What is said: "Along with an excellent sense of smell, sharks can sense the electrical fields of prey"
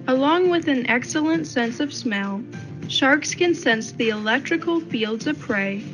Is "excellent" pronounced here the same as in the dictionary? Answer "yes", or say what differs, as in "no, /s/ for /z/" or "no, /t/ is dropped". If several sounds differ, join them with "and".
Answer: yes